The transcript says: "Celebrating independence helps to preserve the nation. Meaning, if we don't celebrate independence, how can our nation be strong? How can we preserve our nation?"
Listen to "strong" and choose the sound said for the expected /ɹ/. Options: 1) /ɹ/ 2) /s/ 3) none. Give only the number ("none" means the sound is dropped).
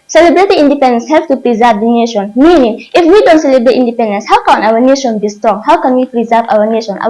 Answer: 1